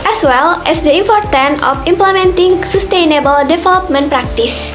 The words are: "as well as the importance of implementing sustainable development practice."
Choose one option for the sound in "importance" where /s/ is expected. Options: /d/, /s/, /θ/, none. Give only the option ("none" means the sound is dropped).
none